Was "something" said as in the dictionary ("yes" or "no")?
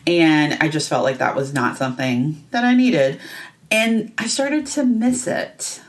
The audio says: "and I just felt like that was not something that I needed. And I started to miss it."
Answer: yes